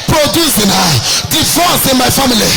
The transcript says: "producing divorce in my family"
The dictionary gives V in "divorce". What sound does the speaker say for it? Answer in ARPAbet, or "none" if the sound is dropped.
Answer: F